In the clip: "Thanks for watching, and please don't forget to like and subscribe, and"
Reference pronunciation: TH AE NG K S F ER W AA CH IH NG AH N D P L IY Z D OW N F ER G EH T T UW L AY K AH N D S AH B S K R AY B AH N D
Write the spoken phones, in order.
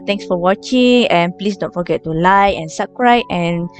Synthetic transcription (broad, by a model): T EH NG K S F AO W AA CH IH NG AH N P L IY S D OW N F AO G EH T T UW L AY AH N S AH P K R AY AH N